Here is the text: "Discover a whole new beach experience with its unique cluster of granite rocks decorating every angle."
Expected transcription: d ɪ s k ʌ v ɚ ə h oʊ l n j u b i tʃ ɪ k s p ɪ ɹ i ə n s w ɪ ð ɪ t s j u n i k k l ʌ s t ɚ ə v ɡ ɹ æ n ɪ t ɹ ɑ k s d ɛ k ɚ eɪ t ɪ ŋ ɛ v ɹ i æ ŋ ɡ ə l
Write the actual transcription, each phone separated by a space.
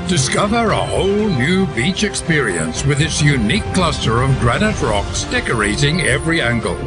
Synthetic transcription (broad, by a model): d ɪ s k ʌ v ɚ ə h oʊ l n j u b i tʃ ɪ k s p ɪ ɹ i ə n s w ɪ ð ɪ t s j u n i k k l ʌ s t ɚ ə v ɡ ɹ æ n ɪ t ɹ ɑ k s d ɛ k ɚ eɪ t ɪ ŋ ɛ v ɹ i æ ŋ ɡ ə l